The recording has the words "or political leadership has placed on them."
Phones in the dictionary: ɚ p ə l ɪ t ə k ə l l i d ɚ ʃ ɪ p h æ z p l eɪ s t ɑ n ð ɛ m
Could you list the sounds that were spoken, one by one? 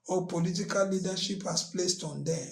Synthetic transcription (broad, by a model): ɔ p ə l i t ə k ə l l i d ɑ ʃ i p h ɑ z p l eɪ s t ɑ n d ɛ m